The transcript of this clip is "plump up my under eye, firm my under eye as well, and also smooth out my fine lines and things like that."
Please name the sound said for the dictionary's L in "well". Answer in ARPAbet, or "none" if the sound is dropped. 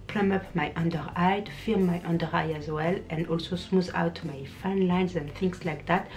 L